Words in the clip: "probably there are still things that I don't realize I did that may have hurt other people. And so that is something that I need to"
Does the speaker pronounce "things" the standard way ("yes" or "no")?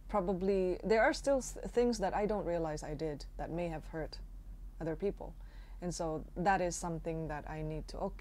yes